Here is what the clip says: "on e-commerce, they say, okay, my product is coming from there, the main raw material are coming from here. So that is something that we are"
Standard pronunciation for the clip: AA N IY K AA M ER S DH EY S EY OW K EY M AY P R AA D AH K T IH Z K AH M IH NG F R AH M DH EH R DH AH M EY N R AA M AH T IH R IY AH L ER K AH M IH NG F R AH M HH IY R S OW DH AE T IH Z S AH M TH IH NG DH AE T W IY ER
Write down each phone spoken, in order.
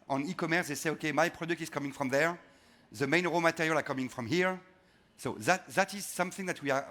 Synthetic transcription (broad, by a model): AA N IY K AA M ER S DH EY S EY OW K EY M AY P R AA D AH K T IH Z K AH M IH NG F R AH M DH EH R DH AH M EY N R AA M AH T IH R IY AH L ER K AH M IH NG F R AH M HH IY R S OW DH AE T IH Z S AH M TH IH NG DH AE T W IY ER